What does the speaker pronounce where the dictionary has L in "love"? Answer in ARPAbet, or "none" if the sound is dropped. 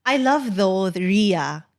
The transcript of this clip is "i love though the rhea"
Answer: L